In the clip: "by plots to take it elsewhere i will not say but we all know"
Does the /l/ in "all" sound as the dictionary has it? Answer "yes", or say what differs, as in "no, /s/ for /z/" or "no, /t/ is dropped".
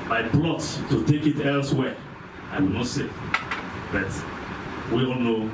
no, /n/ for /l/